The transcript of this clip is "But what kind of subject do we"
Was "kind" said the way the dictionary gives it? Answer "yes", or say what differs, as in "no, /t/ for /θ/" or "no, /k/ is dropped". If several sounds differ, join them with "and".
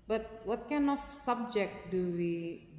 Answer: no, /d/ is dropped